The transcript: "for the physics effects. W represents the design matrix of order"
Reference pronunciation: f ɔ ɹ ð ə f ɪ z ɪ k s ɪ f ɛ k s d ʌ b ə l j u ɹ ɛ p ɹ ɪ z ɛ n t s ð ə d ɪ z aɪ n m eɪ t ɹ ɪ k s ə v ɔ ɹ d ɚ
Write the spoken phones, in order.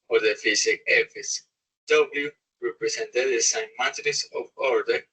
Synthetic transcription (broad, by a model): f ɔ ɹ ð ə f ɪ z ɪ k ɪ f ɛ s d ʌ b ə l j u ɹ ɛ p ɹ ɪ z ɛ n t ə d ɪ s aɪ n m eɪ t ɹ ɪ s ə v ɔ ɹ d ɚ